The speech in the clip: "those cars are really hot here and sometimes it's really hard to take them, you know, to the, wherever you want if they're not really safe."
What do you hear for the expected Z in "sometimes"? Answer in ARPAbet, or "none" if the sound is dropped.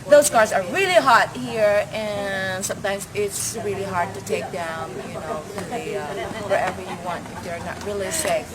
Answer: Z